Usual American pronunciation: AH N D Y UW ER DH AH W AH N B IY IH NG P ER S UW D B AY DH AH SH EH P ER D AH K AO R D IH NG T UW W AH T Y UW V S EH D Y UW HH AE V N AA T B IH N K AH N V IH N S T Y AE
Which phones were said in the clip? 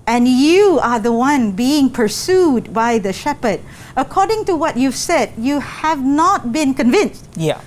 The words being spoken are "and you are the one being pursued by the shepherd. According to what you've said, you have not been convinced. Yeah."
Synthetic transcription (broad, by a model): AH N Y UW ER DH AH W AH N B IY IH NG P ER S UW D B AY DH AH SH EH P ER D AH K AO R D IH NG T UW W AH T Y UW V S EH D Y UW HH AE V N AA T B IH N K AH N V IH N S T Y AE